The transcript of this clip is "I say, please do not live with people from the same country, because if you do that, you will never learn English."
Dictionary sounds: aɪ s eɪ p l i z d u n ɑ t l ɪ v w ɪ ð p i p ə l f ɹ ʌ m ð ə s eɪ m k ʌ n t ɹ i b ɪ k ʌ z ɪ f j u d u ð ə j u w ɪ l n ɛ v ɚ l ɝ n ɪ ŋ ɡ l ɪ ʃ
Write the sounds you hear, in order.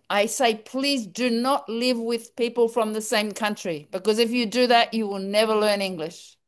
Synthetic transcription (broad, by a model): aɪ s eɪ p l i z d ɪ n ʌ t l ɪ v w ɪ ð p i p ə l f ɹ ʌ m ð ə s eɪ m k ʌ n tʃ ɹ i b ɪ k ʌ z ɪ f j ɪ d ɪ ð ə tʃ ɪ w ɪ l n ɛ v ɚ l ɝ n ɪ ŋ ɡ l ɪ ʃ